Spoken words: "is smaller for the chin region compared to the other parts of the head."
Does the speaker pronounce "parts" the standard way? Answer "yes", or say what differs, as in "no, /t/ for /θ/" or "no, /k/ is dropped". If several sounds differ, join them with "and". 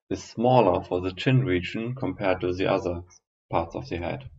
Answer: yes